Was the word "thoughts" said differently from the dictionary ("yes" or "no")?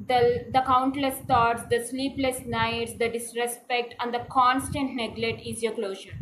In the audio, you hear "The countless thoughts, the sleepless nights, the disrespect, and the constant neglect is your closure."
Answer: yes